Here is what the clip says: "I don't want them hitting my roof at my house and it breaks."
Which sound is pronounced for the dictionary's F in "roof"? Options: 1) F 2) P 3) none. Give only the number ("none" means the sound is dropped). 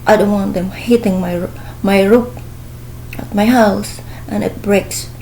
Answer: 2